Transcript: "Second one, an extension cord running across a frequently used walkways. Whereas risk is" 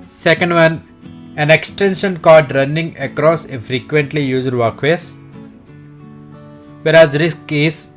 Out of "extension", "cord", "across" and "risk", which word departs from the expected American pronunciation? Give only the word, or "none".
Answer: cord